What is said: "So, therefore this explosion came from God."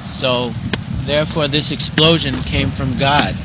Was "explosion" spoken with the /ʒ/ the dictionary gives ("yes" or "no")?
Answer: yes